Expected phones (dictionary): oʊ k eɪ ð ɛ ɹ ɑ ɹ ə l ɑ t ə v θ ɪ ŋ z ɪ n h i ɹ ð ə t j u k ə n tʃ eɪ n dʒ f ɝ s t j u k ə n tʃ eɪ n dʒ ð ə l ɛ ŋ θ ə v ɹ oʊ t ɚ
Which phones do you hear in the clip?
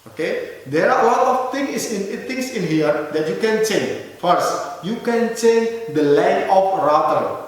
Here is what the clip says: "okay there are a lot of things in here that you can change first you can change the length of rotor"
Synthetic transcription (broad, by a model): oʊ k eɪ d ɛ ɹ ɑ l ə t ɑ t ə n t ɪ ŋ s ɪ n h i ɹ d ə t j u k ə n tʃ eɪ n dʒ f ɝ s t j u k ə n tʃ eɪ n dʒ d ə l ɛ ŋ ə f ɹ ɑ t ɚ